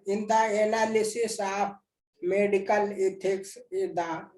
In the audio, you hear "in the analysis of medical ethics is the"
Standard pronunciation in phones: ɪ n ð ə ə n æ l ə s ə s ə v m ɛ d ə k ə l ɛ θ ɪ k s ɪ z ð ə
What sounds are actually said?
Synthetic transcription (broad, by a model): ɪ n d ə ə n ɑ l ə s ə s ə p m ɛ d ə k ə l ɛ t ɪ k s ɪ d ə